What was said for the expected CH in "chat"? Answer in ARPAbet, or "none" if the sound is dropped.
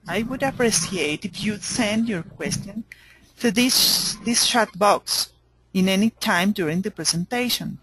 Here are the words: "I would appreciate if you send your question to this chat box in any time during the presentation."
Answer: SH